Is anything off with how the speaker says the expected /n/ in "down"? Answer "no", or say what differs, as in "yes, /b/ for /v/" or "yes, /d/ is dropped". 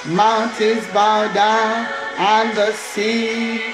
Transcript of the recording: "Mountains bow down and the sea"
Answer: yes, /n/ is dropped